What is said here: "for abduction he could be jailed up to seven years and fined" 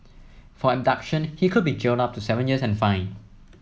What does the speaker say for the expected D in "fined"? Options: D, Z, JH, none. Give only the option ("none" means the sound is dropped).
none